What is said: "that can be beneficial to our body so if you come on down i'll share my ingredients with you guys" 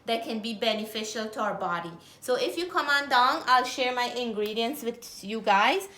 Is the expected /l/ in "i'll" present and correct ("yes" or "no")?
yes